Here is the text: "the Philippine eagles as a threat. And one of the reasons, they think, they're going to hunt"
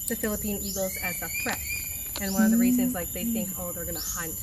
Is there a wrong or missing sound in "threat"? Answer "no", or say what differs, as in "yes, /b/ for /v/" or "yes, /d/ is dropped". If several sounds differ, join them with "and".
yes, /f/ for /θ/